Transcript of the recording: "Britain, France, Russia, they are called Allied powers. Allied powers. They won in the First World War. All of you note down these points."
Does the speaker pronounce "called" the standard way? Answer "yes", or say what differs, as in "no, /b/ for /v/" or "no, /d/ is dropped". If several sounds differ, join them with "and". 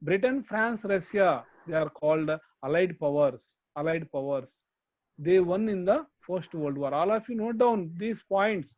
yes